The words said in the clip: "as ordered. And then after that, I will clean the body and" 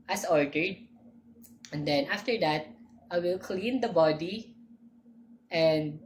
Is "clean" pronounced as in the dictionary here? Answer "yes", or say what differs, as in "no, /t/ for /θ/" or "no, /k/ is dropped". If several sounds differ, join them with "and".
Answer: yes